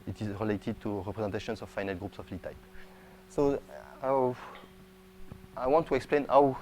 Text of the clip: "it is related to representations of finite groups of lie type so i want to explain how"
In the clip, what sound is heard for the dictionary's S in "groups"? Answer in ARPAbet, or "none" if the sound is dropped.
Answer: S